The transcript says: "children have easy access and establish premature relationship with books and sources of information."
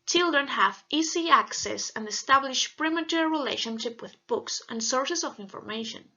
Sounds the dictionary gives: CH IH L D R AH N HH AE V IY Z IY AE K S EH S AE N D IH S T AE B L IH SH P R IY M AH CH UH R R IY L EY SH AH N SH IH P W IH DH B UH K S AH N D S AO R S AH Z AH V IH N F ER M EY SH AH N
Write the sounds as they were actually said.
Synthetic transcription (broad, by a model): CH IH L D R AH N HH AE V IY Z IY AE K S EH S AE N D IH S T AE B L IH SH P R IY M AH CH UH R R IY L EY SH AH N SH IH P W IH DH B UH K S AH N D S AO R S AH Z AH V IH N F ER M EY SH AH N